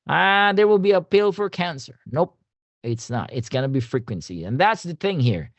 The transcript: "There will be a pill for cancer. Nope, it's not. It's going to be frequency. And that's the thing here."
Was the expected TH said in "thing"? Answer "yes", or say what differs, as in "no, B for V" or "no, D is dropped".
yes